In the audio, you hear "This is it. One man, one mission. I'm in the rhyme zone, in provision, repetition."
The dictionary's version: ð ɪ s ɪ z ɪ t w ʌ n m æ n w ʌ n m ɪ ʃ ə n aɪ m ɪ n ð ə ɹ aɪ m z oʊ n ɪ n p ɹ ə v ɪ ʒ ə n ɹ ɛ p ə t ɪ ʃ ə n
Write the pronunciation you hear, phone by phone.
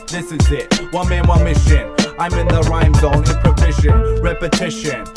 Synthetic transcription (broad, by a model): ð ɪ s ɪ z ɪ t w ʌ n m æ n w ʌ n m ɪ ʃ ə n aɪ m ɪ n ð ə ɹ aɪ m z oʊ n ɪ n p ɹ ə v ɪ ʃ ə n ɹ ɛ p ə t ɪ ʃ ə n